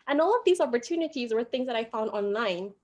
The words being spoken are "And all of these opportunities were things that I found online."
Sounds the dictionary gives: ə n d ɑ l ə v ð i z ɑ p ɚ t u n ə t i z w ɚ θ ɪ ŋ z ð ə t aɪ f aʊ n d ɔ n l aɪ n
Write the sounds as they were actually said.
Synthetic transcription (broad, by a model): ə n ɑ l ə v ð i z ɑ p ɚ t u n ə t i z w ɚ θ ɪ ŋ z ð ə t aɪ f aʊ n d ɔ n l aɪ n